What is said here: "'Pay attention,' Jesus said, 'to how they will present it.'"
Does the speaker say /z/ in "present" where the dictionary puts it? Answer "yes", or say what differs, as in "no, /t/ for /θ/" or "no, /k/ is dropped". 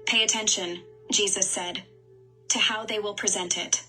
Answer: yes